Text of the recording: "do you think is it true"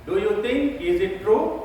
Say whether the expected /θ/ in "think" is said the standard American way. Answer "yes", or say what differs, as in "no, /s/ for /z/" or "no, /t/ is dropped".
no, /t/ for /θ/